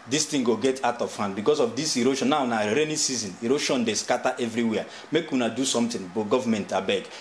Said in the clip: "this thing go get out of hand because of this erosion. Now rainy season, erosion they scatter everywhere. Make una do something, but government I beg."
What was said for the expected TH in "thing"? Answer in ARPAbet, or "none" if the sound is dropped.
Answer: T